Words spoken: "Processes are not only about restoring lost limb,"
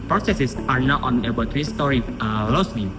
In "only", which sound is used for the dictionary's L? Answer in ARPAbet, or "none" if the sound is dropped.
none